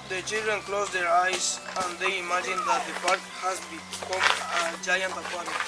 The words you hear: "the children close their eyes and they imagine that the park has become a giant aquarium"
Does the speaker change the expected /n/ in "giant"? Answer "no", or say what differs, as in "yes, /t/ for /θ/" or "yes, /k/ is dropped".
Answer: no